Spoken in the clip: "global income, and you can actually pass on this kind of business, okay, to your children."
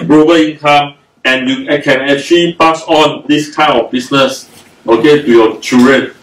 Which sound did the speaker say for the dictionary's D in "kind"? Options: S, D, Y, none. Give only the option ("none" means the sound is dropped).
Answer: none